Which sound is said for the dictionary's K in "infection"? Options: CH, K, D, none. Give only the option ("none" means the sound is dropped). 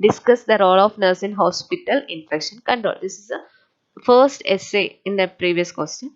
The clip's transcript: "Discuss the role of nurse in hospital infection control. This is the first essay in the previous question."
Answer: K